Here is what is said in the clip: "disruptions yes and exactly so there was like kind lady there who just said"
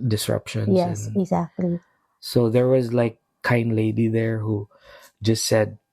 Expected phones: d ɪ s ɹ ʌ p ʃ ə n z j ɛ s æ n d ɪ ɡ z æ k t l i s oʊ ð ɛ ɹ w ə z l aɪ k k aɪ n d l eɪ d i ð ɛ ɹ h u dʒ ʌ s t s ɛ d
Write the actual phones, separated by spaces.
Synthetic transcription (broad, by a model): d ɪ s ɹ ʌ p ʃ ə n j ɛ s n ɪ ɡ z æ k t l i s oʊ ð ɛ ɹ w ə z l aɪ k k aɪ n d l eɪ d i ð ɛ ɹ h u dʒ ʌ s t s ɛ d